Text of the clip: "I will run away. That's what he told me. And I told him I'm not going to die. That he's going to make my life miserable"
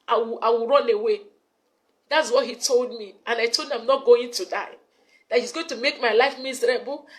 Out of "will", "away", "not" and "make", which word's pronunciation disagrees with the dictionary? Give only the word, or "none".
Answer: will